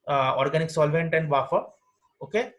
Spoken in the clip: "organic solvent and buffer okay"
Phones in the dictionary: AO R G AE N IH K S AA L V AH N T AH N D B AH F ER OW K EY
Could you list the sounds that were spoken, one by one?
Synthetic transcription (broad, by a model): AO R G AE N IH K S AA L V AH N T AH N D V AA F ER OW K EY